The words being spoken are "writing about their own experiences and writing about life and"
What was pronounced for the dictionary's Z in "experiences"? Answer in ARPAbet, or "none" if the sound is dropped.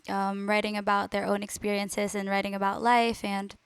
Z